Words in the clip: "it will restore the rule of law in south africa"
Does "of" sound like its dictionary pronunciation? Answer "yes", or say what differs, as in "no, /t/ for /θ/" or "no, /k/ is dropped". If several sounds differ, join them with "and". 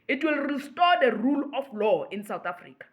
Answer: no, /f/ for /v/